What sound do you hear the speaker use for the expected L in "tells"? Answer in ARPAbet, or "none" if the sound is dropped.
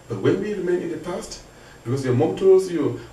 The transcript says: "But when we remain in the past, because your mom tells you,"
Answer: none